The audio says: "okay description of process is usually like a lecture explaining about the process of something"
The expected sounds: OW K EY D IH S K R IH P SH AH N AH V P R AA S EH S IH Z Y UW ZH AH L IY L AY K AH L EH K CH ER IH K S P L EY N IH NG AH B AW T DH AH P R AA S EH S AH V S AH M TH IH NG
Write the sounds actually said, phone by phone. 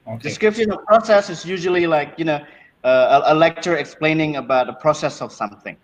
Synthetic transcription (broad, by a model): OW D IH S K R IH P SH AH N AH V P R AA S EH S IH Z Y UW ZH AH L IY L AY K AH L EH K CH ER IH K S P L EY N IH NG AH B AW T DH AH P R AA S EH S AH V S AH M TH IH NG